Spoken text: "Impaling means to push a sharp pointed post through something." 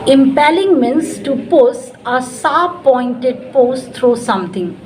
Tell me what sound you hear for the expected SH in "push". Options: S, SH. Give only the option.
S